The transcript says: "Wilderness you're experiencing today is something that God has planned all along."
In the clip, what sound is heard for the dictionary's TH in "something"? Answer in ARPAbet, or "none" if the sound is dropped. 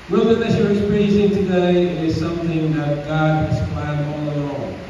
TH